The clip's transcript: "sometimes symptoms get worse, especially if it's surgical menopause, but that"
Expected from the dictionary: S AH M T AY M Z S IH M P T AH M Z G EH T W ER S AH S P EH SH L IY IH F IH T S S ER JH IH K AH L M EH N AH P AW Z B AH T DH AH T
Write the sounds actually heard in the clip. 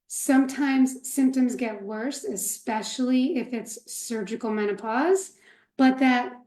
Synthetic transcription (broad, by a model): S AH M T AY M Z S IH M P T AH M Z G EH T W ER S AH S P EH SH L IY IH F IH T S S ER JH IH K L M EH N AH P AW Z B AH T DH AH T